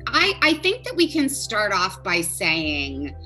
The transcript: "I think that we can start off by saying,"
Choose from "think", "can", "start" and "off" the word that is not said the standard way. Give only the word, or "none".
none